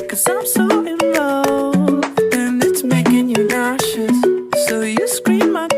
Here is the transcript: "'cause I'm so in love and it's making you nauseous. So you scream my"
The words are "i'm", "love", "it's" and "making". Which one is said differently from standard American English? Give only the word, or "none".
love